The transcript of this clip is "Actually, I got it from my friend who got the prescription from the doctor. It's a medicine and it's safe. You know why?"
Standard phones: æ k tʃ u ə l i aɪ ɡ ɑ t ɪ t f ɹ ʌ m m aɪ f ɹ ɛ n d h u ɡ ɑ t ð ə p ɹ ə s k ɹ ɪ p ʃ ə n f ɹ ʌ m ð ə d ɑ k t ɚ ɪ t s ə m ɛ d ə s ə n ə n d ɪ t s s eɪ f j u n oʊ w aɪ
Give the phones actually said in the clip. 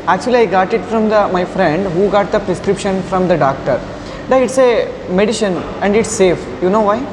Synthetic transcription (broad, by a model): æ k tʃ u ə l i aɪ ɡ ɑ t ɪ t f ɹ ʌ m m aɪ f ɹ ɛ n d h u ɡ ɑ t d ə p ɹ ə s k ɹ ɪ p ʃ ə n f ɹ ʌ m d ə d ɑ k t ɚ ɪ t s ə m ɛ d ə ʃ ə n ə n d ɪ t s s eɪ f j u n oʊ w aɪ